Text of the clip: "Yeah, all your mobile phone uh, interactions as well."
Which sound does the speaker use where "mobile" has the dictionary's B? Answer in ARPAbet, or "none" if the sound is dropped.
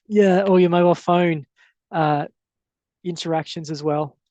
none